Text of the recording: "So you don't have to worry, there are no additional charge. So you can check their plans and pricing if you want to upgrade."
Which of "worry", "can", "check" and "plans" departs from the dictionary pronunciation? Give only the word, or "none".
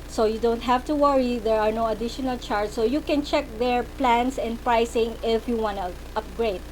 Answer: plans